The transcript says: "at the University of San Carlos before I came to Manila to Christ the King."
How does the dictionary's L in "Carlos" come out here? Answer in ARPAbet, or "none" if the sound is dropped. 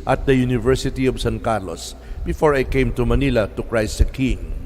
L